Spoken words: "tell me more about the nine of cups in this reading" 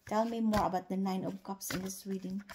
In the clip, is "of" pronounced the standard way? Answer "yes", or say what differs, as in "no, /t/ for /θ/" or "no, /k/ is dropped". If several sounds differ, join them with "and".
no, /p/ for /v/